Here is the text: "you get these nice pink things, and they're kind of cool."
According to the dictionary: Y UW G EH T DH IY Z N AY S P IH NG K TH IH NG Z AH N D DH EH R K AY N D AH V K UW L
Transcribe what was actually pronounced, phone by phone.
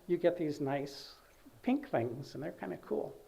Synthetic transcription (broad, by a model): Y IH G EH T DH IY Z N AY S P IH NG K TH IH NG Z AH N DH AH R K AY N D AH K UW L